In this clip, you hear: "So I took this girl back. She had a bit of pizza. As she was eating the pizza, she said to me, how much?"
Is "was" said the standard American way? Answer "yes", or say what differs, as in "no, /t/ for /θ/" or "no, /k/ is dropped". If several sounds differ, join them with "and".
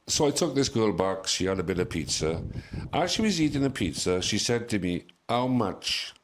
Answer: yes